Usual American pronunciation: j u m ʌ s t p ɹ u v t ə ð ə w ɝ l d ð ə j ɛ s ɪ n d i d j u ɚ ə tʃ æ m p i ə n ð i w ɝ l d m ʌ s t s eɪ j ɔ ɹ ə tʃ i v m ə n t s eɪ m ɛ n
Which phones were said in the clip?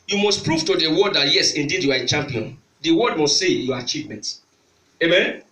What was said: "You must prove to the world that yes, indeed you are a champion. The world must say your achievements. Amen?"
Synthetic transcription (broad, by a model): j u m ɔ s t p ɹ u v t ə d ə w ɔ d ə j ɛ s ɪ n d i d j u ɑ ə tʃ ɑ m p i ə n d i w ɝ d m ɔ s t s eɪ j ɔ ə tʃ i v m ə n t eɪ m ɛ n